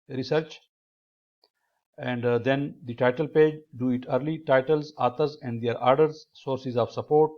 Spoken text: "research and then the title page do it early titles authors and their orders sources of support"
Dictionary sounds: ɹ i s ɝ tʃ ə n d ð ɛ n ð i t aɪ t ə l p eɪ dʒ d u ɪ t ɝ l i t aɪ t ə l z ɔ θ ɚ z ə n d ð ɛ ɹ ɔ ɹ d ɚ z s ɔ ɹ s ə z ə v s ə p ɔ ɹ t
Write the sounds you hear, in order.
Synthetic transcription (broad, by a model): ɹ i s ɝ tʃ ə n d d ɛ n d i t aɪ t ə l p eɪ dʒ d u ɪ t ɝ l i t aɪ t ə l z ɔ t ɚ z ə n d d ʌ ɹ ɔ ɹ d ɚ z s ɔ ɹ s ə z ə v s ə p ɔ ɹ t